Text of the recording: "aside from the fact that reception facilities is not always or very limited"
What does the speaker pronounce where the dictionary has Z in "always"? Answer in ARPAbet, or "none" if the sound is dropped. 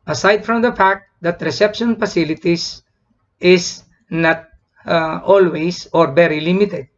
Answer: S